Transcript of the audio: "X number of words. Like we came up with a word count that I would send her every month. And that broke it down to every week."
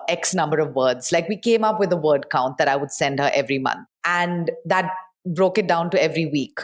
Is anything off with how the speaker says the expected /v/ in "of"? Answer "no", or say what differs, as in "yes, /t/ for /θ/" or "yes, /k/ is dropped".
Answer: no